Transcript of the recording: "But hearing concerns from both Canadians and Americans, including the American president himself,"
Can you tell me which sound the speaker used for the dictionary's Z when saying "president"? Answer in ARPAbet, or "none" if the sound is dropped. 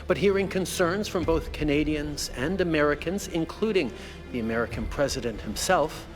Z